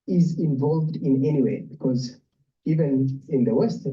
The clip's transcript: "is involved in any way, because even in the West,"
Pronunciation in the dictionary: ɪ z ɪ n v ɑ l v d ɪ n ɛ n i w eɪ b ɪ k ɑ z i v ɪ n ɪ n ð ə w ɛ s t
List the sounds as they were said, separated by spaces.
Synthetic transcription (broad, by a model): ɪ z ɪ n v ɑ l v d ɪ n ɛ n i w eɪ b ɪ k ɑ z i v ɪ n ɪ n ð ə w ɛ s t